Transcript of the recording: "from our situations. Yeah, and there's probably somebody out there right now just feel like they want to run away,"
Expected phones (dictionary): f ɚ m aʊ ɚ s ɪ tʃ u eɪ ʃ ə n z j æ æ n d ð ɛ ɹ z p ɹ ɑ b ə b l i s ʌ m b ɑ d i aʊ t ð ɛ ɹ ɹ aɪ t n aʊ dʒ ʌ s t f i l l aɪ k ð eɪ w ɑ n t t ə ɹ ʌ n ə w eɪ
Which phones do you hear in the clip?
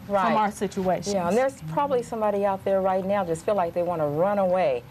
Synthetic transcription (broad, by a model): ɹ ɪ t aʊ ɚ s ɪ tʃ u eɪ ə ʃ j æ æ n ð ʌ ɹ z p ɹ ɑ b ə b l i s ʌ m b ɑ d i aʊ t ð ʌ ɹ ɹ aɪ t n aʊ dʒ ʌ s t f i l l aɪ k ð eɪ w ɑ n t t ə ɹ ʌ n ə w eɪ